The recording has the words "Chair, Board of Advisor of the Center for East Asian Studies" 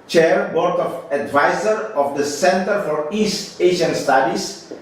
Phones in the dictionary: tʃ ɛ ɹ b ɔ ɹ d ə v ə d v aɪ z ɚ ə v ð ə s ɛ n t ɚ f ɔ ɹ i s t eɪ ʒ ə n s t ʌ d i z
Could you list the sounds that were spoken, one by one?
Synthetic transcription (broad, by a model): tʃ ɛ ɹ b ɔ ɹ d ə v ə d v aɪ z ɚ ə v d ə s ɛ n t ɚ f ɔ ɹ i s t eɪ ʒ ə n s t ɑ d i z